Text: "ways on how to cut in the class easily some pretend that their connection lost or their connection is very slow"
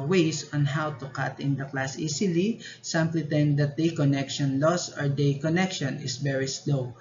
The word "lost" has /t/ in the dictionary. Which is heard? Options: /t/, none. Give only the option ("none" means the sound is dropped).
none